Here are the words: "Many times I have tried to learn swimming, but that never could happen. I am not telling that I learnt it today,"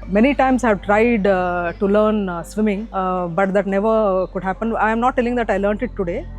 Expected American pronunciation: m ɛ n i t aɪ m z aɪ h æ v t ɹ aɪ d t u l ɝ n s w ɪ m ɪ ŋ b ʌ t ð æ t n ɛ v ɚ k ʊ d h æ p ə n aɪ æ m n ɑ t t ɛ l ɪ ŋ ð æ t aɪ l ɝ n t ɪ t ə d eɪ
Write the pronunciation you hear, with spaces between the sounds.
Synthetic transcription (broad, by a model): m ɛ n i t aɪ m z aɪ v t ɹ aɪ d t u l ɝ n s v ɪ m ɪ ŋ b ʌ t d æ t n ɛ v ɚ k ʊ d h æ p ə n aɪ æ m n ɑ t t ɛ l ɪ ŋ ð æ t aɪ l ɝ n t ɪ t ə d eɪ